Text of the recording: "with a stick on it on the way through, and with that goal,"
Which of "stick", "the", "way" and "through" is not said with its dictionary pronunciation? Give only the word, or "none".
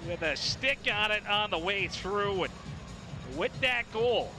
none